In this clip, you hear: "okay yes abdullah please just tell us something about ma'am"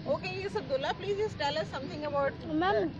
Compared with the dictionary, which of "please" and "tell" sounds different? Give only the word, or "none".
none